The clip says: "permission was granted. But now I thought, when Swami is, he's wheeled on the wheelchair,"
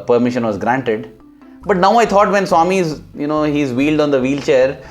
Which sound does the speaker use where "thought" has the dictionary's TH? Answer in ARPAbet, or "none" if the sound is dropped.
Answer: T